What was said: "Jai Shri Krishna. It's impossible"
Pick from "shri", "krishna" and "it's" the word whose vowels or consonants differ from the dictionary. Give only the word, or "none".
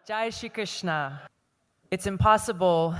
shri